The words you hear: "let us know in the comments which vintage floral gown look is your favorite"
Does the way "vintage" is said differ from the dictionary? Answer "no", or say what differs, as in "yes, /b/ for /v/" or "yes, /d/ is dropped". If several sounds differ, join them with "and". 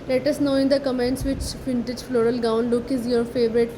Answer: yes, /f/ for /v/